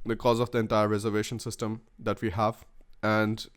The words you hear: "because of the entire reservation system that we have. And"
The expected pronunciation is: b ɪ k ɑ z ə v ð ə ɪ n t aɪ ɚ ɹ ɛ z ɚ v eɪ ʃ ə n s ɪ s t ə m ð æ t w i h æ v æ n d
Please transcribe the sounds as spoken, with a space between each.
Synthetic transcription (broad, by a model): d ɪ k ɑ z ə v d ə ɪ n t aɪ ɚ ɹ ɛ z ɚ v eɪ ʃ ə n s ɪ s t ə m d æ t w i h æ v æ n d